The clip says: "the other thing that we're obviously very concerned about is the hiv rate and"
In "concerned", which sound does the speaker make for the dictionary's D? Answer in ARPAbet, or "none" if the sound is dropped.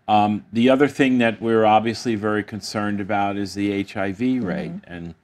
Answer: D